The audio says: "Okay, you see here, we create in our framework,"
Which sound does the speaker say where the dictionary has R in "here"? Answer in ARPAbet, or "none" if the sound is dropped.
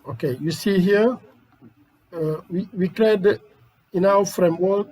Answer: W